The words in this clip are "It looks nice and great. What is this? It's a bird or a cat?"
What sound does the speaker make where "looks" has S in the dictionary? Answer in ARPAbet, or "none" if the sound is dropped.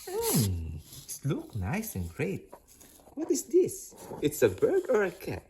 none